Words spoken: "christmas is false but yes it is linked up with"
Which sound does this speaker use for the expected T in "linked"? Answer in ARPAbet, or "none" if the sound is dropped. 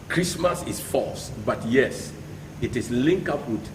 none